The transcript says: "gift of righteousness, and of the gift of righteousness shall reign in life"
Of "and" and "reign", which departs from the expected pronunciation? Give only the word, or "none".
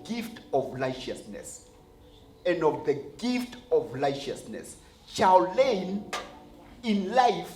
reign